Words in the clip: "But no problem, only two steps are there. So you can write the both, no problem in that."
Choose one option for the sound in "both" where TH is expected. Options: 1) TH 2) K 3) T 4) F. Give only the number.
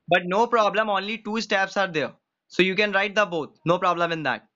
3